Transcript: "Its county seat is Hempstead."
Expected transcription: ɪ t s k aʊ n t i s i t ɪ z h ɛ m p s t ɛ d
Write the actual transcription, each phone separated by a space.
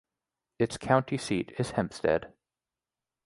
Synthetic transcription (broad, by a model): ɪ t s k aʊ n t i s i t ɪ z h ɛ m p s t ɛ d